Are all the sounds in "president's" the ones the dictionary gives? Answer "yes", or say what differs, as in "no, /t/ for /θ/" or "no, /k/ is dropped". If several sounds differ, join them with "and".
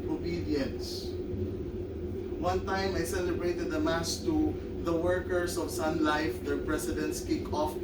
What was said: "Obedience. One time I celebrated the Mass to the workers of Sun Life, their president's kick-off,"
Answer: no, /s/ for /z/